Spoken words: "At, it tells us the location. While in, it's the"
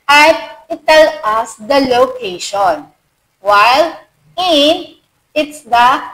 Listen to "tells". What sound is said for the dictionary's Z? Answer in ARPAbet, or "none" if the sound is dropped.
none